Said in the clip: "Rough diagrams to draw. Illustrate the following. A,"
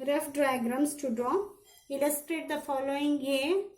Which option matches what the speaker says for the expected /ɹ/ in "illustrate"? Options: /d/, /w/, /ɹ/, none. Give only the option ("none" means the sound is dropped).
/ɹ/